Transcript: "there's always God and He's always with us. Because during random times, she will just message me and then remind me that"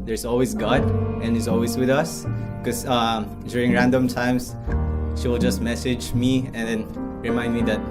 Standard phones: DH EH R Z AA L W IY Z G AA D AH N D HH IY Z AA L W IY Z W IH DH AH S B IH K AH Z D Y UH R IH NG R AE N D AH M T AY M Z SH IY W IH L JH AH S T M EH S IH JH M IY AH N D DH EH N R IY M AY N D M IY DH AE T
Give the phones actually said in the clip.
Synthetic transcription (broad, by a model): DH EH R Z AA L W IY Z G AA D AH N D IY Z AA L W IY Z W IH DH AH S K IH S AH D Y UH R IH NG R AE N D AH M T AY M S SH IY W IH L JH AH S T M EH S IH JH M IY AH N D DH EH N R IY M AY N D M IY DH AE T